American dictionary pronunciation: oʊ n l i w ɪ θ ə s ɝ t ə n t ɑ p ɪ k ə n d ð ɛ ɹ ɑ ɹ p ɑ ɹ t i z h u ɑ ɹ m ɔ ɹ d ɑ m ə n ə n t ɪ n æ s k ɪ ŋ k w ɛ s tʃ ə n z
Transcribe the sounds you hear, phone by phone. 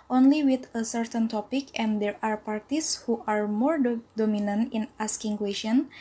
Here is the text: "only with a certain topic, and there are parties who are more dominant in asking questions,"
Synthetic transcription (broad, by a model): oʊ n l i w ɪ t ə s ɝ t ə n t ɑ p ɪ k ə n d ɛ ɹ ɑ ɹ p ɑ ɹ t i s h u ɑ ɹ m ɔ ɹ d ɑ m ə n ə n t ɪ n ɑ s k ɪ ŋ k w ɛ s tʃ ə n